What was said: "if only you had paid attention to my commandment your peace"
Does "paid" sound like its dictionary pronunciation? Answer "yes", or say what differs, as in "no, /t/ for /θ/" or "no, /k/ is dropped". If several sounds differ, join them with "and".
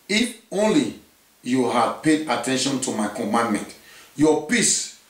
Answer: yes